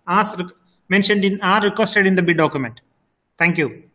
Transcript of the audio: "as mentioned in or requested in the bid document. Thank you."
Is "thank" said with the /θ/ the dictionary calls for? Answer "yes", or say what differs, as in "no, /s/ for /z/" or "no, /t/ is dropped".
no, /t/ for /θ/